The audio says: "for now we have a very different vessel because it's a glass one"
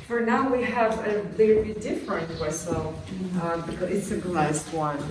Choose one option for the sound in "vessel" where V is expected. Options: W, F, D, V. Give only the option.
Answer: W